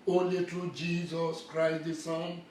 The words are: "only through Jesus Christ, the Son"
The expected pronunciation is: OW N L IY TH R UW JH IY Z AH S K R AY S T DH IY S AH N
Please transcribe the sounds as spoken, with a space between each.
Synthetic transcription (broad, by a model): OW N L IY T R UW JH IY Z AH S K R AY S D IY S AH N